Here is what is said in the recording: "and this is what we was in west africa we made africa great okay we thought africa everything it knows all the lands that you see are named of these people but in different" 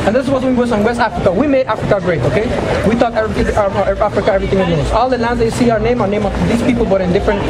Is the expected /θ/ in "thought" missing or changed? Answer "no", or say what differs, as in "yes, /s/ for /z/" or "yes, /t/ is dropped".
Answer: yes, /t/ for /θ/